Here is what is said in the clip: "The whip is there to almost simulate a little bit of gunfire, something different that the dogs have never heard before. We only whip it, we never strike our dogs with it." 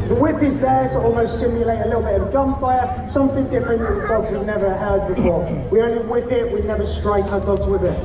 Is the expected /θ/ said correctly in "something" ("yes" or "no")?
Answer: yes